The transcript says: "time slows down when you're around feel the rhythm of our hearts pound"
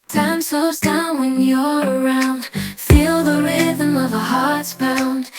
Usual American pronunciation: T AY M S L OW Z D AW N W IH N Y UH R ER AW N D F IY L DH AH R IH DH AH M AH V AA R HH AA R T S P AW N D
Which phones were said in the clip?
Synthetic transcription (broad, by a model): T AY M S OW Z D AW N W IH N Y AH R ER AW N D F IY L DH AH R IH DH AH M AH V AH HH AA R T S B AW N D